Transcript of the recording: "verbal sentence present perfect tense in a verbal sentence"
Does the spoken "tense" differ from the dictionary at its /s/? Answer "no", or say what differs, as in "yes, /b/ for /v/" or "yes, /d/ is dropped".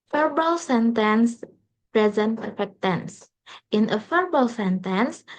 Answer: no